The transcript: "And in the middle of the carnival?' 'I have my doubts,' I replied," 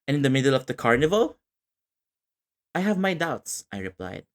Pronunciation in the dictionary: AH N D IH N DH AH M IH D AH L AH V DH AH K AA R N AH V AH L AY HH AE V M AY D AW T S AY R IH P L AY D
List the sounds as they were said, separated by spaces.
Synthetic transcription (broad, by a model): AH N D IH N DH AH M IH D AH L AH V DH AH K AA R N AH V AH L AY HH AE V M AY D AW T S AY R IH P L AY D